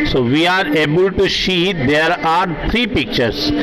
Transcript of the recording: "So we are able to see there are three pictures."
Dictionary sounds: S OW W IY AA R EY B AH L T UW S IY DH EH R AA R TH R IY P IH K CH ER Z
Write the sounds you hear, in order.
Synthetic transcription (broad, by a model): S OW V IY AA R EY B AH L T UW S IY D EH R AA R T R IY P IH K CH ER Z